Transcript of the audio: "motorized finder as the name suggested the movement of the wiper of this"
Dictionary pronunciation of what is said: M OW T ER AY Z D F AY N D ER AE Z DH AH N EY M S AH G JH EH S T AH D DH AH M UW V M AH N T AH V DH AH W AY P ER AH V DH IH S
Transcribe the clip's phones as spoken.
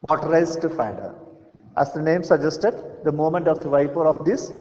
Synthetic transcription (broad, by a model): M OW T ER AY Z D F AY D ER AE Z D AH N EY M S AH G JH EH S T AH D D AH M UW M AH N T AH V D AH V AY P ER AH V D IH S